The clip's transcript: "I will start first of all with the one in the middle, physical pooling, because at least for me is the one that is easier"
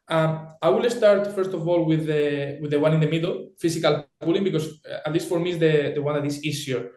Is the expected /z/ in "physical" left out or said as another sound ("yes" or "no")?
yes